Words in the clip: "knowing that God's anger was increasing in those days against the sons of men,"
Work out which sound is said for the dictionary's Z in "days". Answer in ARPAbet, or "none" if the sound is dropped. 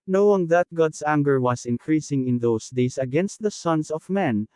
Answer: S